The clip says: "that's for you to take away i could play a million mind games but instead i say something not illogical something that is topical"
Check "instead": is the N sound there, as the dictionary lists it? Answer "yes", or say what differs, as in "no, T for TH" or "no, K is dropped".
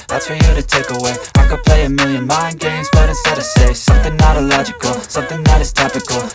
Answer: no, N is dropped